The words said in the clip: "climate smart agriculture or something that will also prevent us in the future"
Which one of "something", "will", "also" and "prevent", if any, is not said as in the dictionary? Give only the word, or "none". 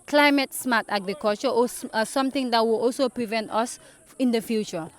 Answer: something